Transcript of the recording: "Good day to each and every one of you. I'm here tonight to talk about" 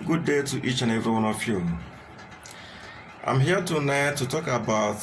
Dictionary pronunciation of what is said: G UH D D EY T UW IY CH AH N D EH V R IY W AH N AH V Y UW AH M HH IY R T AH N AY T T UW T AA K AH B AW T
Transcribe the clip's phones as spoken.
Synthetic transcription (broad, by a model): G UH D D EY T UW IY CH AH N EH V R IY W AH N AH F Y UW AH M HH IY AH T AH N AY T T UW T AA K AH B AW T